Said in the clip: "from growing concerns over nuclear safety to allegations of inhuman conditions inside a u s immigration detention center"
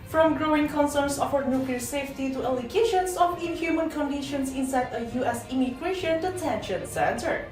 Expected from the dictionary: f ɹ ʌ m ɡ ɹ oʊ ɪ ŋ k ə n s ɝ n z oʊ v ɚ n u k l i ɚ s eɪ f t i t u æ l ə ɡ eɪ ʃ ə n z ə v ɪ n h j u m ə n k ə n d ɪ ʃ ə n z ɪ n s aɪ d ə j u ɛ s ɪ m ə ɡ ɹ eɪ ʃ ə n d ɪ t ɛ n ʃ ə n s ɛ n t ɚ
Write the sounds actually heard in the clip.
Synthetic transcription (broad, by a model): f ɹ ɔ m ɡ ɹ oʊ ɪ ŋ k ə n s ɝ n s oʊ f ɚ n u k l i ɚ s eɪ f t i t u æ l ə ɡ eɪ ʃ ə n s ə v ɪ n h j u m ə n k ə n d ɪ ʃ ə n s ɪ n s aɪ d ə j u ɛ s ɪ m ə ɡ ɹ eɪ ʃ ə n d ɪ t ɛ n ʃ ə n s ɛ n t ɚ